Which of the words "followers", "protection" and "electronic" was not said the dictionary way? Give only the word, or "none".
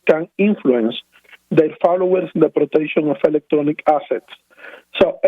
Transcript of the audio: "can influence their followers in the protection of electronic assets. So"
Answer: followers